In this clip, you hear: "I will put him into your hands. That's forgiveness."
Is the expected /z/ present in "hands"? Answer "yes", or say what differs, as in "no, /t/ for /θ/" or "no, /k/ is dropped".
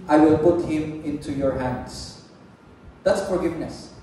no, /s/ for /z/